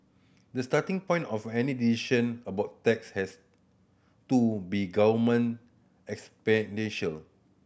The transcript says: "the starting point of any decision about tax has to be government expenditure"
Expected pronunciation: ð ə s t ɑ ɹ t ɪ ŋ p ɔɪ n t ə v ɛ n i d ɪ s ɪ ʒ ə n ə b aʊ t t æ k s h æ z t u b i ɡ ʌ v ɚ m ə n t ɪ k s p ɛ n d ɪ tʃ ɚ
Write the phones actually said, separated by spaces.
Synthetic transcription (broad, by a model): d ə s t ɑ t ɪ ŋ p ɔɪ n t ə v ɛ n i d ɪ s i ʃ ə n ə b aʊ t t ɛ k s h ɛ s t u b i ɡ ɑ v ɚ m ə n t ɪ k s p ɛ n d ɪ ʃ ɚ